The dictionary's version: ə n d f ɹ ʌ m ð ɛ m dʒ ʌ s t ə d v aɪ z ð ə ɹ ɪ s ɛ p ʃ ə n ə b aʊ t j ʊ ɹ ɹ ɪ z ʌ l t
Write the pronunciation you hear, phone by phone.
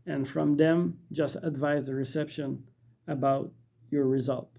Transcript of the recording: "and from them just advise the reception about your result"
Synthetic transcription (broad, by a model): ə n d f ɹ ʌ m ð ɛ m dʒ ʌ s t ə d v aɪ z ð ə ɹ ɪ s ɛ p ʃ ə n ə b aʊ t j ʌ ɹ ɹ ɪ z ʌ l t